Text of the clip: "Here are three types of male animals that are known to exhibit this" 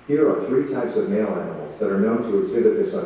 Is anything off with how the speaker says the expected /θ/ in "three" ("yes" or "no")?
no